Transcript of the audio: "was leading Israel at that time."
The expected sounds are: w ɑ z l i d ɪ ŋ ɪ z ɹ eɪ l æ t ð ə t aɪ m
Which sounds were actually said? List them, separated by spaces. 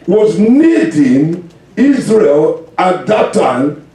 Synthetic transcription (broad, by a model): w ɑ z n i d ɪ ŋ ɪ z ɹ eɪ l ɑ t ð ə t aɪ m